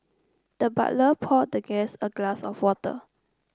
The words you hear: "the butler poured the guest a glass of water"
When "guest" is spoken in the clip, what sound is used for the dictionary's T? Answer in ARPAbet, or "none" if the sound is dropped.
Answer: none